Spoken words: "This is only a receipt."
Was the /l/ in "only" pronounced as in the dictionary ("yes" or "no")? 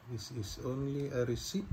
yes